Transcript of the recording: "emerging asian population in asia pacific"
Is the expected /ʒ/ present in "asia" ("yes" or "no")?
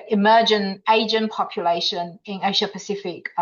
no